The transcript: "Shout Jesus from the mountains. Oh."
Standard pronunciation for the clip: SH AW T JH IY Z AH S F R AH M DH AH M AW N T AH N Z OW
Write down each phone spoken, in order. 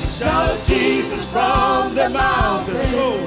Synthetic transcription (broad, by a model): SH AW JH IY Z AH S F R AH M DH AH M AW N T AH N OW